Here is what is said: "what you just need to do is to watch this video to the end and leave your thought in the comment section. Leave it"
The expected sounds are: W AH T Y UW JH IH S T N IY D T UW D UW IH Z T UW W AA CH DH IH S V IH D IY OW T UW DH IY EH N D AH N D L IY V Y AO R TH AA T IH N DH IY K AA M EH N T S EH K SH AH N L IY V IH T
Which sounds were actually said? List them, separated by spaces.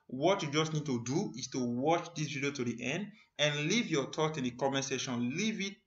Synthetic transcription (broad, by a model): W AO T Y UW JH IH S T N IY D T UW D UW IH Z T UW W AA CH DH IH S V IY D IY OW T UW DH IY EH N D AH N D L IY V Y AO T AA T IH N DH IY K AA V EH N S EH SH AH N L IY V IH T